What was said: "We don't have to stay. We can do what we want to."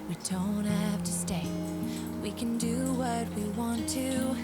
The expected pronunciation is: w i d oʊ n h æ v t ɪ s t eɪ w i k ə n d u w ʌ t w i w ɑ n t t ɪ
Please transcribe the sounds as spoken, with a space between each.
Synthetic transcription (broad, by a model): w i d oʊ n h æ f t ɪ s t eɪ w i k ə n d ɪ w ʌ t w i w ɑ n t t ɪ